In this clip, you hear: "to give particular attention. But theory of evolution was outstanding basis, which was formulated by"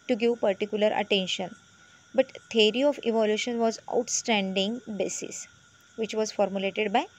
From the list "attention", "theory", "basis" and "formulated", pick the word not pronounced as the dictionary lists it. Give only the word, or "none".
theory